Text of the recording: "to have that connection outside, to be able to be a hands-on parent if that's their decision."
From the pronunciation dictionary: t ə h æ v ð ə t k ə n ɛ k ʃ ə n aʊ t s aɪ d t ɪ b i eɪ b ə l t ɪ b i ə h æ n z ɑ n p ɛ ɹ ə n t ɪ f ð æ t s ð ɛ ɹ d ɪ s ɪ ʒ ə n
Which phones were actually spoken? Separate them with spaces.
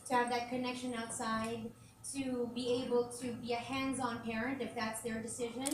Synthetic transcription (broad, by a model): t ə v ð ə t k ə n ɛ k ʃ ə n aʊ t s aɪ d t ɪ b i eɪ b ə l t ɪ b i ə h æ n z ɑ n p ɛ ɹ ə n t ɪ f ð æ t s ð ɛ ɹ d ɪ s ɪ ʒ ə n